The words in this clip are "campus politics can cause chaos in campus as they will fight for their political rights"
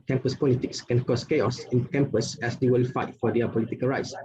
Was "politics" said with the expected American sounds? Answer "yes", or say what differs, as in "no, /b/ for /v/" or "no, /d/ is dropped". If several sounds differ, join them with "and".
yes